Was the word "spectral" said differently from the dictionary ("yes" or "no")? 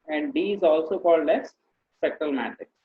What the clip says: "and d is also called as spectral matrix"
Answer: yes